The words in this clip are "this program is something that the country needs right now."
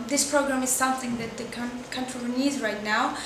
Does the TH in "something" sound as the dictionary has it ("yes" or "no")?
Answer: yes